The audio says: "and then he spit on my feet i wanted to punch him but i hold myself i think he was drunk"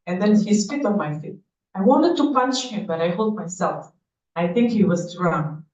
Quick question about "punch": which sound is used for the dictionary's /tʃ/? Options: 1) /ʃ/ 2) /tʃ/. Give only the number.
1